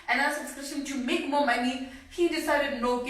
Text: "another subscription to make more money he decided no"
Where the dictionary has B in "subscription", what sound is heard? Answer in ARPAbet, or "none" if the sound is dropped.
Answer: none